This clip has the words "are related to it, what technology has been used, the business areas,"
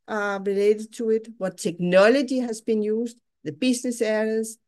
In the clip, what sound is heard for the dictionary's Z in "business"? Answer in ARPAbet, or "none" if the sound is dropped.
S